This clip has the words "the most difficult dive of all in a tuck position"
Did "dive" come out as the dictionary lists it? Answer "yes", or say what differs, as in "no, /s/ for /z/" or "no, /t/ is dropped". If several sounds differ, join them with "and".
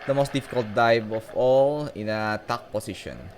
no, /b/ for /v/